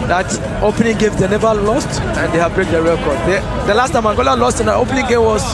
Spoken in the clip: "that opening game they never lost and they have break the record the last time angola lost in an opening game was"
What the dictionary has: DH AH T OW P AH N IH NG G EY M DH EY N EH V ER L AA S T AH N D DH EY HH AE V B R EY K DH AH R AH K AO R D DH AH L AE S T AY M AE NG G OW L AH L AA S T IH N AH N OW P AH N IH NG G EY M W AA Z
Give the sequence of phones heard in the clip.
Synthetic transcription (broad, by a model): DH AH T OW P AH N IH NG G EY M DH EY N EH V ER L AA S T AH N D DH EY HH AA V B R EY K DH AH R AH K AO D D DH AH L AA S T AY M AE NG G OW L AH L AA S T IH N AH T OW P AH N IH NG G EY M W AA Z